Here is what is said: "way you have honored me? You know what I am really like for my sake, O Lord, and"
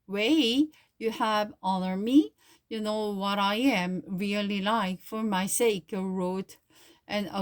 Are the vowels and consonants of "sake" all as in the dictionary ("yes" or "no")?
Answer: yes